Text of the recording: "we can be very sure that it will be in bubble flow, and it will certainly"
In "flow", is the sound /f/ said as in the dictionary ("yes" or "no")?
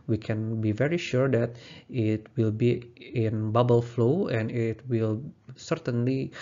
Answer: yes